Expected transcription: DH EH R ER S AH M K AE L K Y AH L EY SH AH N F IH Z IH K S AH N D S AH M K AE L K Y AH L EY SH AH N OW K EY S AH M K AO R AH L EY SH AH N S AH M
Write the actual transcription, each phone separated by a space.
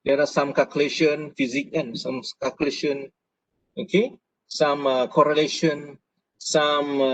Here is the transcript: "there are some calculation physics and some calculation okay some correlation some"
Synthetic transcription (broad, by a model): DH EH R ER S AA M K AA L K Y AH L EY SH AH N F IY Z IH K AH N S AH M K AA L K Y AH L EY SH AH N OW K EY S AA M K AO R AH L EY SH AH N S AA M